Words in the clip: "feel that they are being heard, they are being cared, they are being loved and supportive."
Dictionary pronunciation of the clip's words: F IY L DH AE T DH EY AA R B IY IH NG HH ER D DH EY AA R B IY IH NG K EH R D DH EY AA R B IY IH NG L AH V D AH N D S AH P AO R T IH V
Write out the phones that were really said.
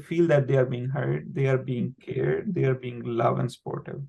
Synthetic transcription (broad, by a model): F IY L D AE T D EY AA R B IY IH NG HH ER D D EY AA R B IY IH NG K EH R D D EY AA R B IY IH NG L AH V AH N D S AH P AO R T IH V